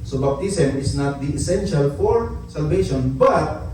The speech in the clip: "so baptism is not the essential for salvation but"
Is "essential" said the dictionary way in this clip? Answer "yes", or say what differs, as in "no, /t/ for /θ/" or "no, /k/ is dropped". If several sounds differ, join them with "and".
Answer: yes